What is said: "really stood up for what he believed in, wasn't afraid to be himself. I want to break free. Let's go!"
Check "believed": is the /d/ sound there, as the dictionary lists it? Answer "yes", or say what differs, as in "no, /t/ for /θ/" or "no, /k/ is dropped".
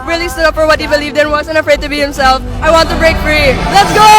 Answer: yes